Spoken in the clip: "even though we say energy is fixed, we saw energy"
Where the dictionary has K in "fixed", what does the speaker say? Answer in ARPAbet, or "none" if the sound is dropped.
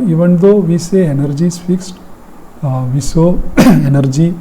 K